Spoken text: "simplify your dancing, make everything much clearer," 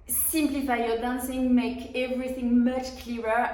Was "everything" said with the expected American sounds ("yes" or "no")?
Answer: yes